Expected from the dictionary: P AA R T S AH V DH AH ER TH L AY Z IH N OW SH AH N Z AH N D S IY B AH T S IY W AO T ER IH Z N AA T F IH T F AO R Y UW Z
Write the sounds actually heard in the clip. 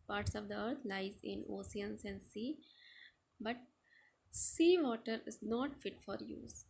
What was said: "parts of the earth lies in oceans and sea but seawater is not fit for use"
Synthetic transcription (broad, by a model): P AA R T S AH V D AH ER T L AY Z IH N OW S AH N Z AH N D S IY B AH T S IY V AO T ER IH Z N AA T F IH T F AO R Y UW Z